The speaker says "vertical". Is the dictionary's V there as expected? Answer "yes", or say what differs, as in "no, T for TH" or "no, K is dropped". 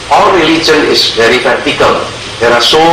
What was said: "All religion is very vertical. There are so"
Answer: no, P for V